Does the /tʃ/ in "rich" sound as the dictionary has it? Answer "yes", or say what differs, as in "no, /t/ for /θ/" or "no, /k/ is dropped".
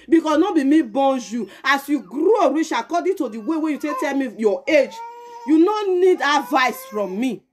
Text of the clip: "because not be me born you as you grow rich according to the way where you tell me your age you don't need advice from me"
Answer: no, /ʃ/ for /tʃ/